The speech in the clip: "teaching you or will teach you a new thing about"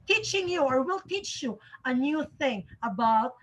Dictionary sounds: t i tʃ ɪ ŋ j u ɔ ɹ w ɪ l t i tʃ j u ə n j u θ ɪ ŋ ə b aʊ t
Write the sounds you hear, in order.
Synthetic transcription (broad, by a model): t i tʃ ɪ ŋ j u ɔ ɹ w ɪ l t i tʃ j u ə n j u θ ɪ ŋ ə b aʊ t